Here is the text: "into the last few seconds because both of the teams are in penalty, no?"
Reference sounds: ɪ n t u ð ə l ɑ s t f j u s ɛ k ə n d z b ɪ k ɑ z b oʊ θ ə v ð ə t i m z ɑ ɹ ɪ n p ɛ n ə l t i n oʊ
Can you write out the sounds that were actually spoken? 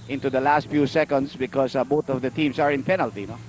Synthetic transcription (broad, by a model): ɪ n t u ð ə l ɑ s t f j u s ɛ k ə n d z b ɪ k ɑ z b oʊ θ ə v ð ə t i m s ɑ ɹ ɪ n p ɛ n ə l t i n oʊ